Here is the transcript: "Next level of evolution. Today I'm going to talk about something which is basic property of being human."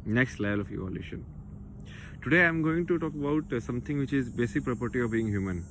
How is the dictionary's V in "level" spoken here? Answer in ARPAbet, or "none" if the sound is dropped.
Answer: none